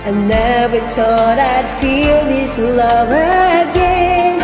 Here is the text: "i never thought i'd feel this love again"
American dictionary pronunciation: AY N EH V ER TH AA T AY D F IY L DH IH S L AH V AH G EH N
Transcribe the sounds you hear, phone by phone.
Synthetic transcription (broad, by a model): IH N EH B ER S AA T AY D F IY L DH IH S L AH V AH G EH N